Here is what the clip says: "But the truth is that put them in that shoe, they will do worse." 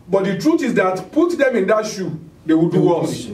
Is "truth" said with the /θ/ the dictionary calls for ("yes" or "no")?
no